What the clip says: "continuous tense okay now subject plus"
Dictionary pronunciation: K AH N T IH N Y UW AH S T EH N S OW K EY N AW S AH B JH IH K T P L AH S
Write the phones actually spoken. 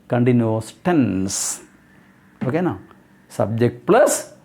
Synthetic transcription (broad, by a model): K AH N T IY N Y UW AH S T EH N S OW K EY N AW S AH B JH IH K T P L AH S